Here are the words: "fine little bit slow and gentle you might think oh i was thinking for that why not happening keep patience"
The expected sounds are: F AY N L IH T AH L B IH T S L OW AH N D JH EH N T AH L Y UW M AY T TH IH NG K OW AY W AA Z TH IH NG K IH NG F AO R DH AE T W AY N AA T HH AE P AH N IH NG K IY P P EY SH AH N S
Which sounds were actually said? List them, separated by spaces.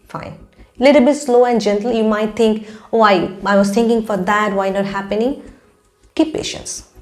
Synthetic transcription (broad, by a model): F AY N L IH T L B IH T S L OW AH N D JH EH N T L Y UW M AY T T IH NG K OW AY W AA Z T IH NG K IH NG F AO R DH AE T W AY N AA T HH AE P AH N IH NG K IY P P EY SH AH N S